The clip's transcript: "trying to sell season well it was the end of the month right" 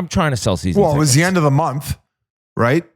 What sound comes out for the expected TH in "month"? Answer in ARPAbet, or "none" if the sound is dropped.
TH